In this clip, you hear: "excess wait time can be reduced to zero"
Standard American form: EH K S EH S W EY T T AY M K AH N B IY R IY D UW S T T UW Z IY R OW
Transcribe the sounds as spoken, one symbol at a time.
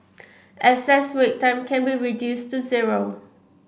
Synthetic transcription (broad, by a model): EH S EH S W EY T T AY M K AH N B IY R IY D UW S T T UW Z IY R OW